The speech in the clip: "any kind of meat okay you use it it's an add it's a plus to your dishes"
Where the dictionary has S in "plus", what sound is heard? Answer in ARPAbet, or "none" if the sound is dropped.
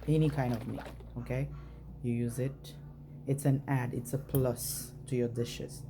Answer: S